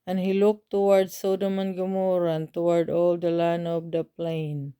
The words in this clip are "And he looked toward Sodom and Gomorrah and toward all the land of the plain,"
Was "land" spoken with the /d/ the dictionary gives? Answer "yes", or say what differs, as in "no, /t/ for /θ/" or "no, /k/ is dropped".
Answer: no, /d/ is dropped